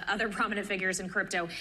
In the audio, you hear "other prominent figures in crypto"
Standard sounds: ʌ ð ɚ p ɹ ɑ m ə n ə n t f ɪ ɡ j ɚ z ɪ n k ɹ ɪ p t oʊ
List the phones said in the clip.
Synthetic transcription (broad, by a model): ʌ ð ɚ p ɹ ɑ m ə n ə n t f ɪ ɡ j ɚ z ɪ n k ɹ ɪ p t oʊ